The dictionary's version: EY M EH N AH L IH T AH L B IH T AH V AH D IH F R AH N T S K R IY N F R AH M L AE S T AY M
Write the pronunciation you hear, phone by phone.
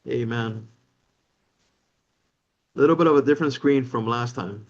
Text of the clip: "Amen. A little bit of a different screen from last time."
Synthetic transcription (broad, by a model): EY M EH N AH L IH T L B IH T AH V AH D IH F R AH N T S K R IY N F R AH M L AE S T AY M